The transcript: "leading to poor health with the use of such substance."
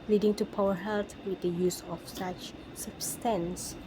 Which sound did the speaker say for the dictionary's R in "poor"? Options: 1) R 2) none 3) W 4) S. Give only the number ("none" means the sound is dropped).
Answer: 3